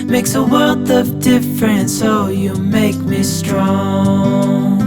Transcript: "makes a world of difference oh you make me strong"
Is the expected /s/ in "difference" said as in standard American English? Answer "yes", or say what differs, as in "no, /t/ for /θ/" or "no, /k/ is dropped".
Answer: yes